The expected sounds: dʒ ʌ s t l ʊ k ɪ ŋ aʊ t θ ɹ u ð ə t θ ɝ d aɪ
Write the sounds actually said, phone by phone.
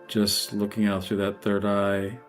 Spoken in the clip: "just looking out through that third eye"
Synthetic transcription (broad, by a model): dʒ ʌ s t l ʊ k ɪ ŋ aʊ t θ ɹ u ð ə t θ ɝ d aɪ